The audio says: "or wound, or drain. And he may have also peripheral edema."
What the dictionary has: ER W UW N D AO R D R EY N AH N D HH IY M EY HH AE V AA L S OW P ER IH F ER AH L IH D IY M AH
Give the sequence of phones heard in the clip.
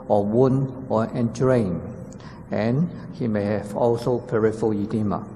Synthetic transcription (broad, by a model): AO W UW N AO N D R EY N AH N HH IY M EY HH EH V AA L S OW P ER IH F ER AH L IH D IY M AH